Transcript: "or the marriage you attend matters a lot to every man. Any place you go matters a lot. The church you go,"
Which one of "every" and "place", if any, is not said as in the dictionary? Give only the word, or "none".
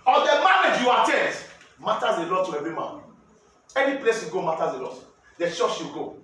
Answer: every